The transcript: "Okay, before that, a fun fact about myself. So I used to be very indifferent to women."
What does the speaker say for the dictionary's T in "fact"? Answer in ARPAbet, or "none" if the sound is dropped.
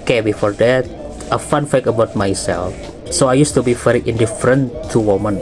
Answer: none